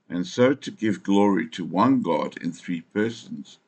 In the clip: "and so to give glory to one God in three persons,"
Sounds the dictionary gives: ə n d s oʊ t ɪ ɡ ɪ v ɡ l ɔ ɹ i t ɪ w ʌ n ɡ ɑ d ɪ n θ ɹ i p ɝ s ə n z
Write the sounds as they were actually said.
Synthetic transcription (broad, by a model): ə n s oʊ t ɪ ɡ ɪ v ɡ l ɔ ɹ i t ɪ w ʌ n ɡ ɑ d ɪ n θ ɹ i p ɝ s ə n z